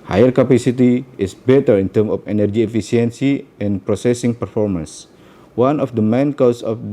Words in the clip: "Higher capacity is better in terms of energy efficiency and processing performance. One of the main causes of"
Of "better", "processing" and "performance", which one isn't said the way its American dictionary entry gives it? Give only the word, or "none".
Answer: none